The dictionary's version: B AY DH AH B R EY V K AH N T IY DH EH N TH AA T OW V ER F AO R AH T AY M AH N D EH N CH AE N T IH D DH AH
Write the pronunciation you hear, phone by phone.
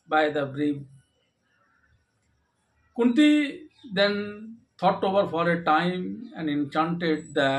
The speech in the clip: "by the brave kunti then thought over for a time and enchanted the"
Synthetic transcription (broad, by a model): B AY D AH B R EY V K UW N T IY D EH N T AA T OW V ER F AO R AH T AY M AH N D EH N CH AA N T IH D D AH